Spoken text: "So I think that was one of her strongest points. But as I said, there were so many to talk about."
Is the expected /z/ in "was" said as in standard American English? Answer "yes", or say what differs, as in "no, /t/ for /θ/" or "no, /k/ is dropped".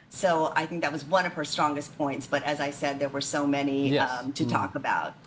yes